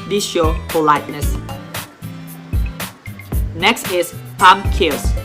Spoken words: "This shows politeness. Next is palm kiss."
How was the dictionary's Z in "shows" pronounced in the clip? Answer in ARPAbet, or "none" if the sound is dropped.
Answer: none